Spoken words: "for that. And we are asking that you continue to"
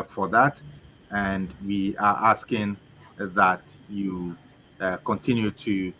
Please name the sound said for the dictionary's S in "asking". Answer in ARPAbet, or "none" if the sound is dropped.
S